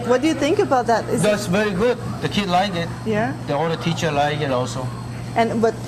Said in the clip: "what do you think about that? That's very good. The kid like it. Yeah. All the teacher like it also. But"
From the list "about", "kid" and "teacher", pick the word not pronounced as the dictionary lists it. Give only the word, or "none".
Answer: none